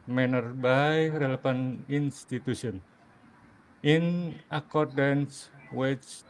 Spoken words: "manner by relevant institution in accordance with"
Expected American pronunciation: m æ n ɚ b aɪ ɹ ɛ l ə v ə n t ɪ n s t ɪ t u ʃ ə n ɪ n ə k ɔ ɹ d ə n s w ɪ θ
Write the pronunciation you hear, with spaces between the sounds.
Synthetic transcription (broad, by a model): m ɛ n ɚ b aɪ ɹ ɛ l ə p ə n i n s t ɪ t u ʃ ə n ɪ n ə k ɔ ɹ d ə n s w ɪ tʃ